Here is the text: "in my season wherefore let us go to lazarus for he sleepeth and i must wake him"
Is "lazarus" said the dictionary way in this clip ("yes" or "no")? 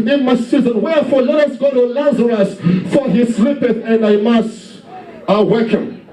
yes